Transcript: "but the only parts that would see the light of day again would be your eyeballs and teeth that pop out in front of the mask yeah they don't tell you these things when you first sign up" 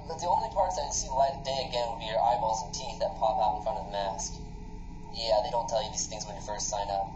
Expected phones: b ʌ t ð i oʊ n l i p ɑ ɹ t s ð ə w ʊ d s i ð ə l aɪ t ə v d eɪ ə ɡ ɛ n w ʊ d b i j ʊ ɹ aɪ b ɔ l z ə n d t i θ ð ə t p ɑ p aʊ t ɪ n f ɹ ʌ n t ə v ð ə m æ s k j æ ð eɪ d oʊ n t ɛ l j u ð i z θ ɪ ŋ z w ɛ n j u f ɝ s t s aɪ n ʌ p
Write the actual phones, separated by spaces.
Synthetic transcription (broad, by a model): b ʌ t ð i oʊ n l i p ɑ ɹ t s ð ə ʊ s i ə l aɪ ə d eɪ ə ɡ ɛ n w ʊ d b i j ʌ ɹ aɪ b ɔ z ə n t i θ ð ə t p ɑ p aʊ t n f ɹ ʌ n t ə v ð ə m æ s k j æ ð eɪ d oʊ n t ɛ l j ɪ ð i z θ ɪ ŋ z w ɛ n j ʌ f ɝ s t s aɪ n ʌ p